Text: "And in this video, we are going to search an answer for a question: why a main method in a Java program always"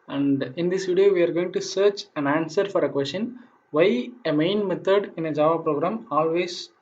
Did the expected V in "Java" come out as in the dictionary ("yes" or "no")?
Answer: yes